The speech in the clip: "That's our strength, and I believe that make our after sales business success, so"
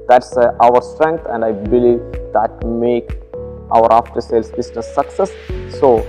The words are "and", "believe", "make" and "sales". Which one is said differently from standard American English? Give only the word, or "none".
sales